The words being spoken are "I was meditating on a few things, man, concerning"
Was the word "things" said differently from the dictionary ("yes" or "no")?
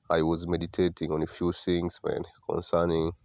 yes